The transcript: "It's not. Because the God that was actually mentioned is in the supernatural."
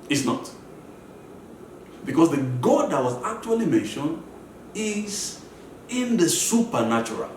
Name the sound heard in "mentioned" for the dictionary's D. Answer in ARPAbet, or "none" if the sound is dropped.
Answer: D